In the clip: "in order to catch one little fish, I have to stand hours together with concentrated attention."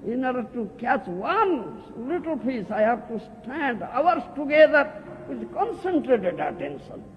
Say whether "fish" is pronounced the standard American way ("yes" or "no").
no